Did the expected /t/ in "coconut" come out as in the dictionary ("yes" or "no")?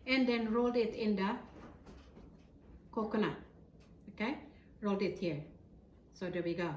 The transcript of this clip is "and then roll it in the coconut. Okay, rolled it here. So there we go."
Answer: no